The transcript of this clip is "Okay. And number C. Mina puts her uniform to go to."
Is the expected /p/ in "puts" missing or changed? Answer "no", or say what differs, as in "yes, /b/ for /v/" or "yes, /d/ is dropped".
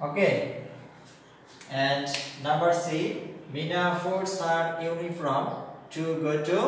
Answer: yes, /f/ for /p/